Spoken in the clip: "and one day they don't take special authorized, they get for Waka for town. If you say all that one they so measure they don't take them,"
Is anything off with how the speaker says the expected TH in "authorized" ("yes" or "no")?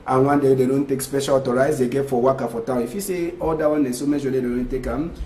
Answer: yes